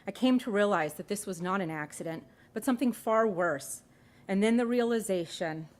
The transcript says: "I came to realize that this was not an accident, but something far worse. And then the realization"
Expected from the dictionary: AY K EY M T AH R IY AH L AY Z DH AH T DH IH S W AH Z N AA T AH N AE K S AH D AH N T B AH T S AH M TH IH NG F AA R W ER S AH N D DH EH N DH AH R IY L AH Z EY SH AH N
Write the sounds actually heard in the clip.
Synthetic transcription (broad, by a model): AY K EY M T AH R IY AH L AY Z DH AH T DH IH S W AH Z N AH T AH N AE K S AH D AH N T B AH T S AH M TH IH NG F AA R W ER S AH N DH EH N DH AH R IY L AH Z EY SH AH N